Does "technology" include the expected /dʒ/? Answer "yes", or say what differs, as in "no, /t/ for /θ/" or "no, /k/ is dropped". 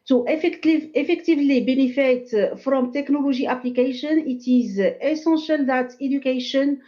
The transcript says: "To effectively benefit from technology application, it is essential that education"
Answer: no, /ʒ/ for /dʒ/